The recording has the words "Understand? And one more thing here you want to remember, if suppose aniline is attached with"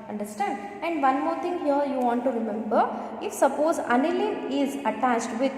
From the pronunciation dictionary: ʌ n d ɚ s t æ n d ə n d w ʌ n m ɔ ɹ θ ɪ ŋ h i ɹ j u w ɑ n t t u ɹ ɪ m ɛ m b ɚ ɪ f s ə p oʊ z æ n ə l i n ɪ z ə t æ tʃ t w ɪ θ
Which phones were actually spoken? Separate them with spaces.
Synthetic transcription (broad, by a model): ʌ n d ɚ s t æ n d ə n d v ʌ n m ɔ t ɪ ŋ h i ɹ j u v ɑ n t t u ɹ ɪ m ɛ m b ɚ ɪ f s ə p oʊ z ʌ n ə l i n ɪ z ə t æ tʃ t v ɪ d